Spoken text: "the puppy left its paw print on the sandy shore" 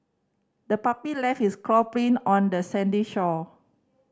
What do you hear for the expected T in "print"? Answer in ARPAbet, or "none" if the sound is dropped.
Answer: none